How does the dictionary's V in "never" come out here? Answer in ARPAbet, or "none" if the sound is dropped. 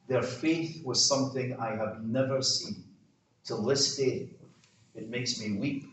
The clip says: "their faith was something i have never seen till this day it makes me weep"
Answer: V